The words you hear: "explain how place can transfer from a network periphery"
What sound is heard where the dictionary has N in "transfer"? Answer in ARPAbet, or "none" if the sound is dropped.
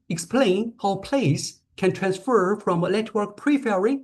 N